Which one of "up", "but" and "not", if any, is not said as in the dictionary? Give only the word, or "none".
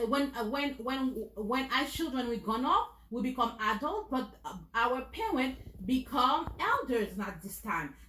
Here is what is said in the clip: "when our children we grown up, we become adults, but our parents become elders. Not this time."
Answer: up